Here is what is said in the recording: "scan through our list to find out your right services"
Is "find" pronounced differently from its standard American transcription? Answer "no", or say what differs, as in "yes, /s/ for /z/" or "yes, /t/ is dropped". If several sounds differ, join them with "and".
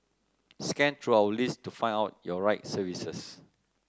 yes, /d/ is dropped